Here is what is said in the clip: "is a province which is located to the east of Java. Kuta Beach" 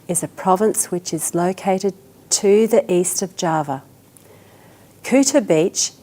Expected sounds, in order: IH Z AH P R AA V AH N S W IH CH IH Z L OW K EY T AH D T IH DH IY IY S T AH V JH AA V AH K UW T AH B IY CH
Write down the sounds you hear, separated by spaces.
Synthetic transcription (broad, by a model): IH Z AH P R AA V AH N S W IH CH IH Z L OW K EY T AH D T IH DH IY IY S T AH V JH AA V AH K UW T AH B IY CH